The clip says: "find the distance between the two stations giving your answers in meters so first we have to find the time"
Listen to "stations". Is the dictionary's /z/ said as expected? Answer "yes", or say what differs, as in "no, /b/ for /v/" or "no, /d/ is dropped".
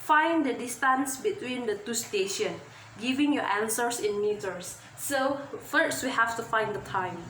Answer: no, /z/ is dropped